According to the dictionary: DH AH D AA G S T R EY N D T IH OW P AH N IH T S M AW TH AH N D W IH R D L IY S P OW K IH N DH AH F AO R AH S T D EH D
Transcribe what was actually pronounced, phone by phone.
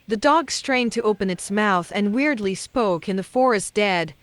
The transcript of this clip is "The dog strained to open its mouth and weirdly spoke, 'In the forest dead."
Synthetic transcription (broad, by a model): DH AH D AA G S T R EY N T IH OW P AH N IH T S M AW TH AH N W IH R D L IY S P OW K IH N DH AH F AO R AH S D EH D